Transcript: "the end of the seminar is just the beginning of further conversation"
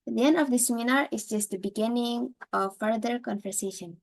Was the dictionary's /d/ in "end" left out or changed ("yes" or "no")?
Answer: no